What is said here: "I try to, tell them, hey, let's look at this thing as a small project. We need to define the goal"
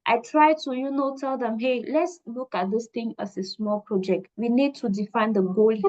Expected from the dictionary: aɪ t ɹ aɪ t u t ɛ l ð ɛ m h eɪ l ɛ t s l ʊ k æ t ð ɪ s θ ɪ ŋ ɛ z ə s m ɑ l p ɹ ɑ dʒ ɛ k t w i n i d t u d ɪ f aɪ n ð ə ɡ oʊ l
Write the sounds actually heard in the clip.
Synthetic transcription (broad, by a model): aɪ t ɹ aɪ t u t ɛ l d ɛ m h eɪ l ɛ t s l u k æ t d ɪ s t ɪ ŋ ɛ s ə s m ɑ l p ɹ ɑ dʒ ɛ k t w i n i d t u d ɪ f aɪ n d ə ɡ oʊ l